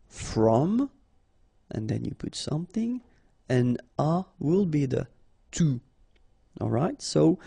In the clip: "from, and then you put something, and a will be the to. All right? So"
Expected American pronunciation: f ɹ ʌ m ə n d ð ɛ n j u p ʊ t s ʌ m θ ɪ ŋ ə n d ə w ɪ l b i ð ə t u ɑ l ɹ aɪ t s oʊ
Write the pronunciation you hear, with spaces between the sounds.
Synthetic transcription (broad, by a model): f ɹ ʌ m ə n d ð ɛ n j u p ʊ t s ʌ m θ ɪ ŋ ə n ə w ɪ l b i ð ə t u ɑ l ɹ aɪ t s oʊ